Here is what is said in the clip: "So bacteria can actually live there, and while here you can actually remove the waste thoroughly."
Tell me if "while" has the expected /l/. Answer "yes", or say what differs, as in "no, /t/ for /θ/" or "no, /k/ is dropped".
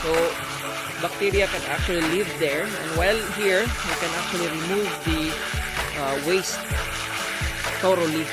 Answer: yes